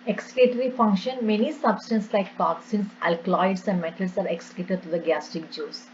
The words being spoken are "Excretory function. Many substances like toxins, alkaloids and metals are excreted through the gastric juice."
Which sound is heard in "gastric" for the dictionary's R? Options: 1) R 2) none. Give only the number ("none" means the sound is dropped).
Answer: 2